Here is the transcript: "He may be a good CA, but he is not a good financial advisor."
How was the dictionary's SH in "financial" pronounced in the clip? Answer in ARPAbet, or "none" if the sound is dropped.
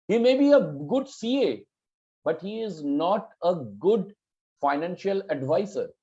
SH